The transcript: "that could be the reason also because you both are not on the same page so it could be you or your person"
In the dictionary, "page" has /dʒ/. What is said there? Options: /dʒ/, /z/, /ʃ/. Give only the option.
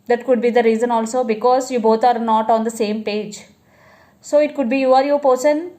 /dʒ/